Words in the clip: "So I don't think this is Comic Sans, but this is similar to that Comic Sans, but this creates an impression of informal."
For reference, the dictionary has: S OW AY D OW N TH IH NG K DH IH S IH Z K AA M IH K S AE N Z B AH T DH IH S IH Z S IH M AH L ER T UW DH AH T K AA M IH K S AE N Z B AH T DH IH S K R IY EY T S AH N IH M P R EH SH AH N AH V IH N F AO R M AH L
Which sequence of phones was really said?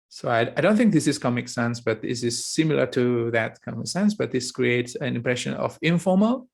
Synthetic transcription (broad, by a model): S OW AY D OW N TH IH NG K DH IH S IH S K AA M IH K S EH N S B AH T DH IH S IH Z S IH M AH L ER T UW DH AH T K AA M IH K S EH N S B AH T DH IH S K R IY EY T S AH N IH M P R EH SH AH N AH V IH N F AO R M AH L